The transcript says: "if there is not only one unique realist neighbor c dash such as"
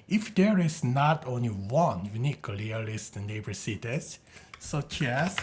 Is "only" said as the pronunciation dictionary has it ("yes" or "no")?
yes